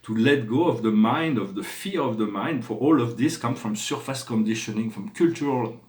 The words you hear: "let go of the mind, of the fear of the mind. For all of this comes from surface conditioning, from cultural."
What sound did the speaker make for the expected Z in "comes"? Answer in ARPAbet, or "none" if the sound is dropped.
none